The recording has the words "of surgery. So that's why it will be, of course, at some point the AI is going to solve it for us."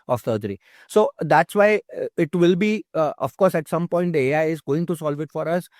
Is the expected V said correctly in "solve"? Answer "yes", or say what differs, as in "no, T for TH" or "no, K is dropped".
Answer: yes